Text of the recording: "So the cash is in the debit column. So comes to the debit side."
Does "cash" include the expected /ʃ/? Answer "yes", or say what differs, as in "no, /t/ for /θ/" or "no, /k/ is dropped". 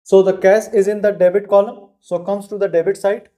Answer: no, /s/ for /ʃ/